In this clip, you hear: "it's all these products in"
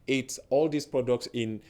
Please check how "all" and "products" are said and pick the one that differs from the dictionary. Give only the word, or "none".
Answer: none